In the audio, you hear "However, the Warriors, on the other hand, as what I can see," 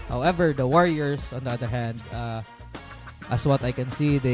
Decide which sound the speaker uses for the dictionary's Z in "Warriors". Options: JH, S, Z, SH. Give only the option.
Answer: S